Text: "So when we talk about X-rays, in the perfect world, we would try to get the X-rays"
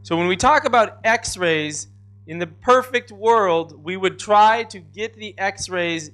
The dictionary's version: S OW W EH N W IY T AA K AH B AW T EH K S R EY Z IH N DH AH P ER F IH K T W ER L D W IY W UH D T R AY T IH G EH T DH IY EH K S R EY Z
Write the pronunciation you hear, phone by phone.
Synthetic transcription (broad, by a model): S OW W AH N W IY T AA K AH B AW T EH K S R EY Z IH N DH AH P ER F IH K T W ER L D W IY W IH D T R AY T IH G EH T DH IY EH K S R EY Z